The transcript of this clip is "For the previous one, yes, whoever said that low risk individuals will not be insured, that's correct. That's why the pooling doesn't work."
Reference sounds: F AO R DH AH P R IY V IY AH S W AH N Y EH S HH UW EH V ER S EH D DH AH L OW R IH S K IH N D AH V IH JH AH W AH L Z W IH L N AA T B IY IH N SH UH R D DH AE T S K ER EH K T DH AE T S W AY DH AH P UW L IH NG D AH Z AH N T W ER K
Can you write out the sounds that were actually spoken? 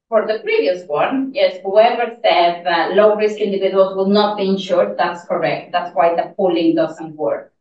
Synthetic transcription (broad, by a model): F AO R DH AH P R IY V IY AH S W AH N Y EH S HH UW EH V ER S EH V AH L OW R IH S K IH N D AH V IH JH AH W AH L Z W IH L N AA T B IY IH N SH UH R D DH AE T S K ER EH K T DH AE T S W AY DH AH P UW L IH NG D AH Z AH N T W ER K